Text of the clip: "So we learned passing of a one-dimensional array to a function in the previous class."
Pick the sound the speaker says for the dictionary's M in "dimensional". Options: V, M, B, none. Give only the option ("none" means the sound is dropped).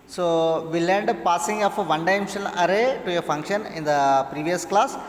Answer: none